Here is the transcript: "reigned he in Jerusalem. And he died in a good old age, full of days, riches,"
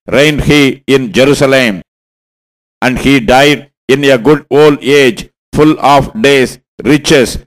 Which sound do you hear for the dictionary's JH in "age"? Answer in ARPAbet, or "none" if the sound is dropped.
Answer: JH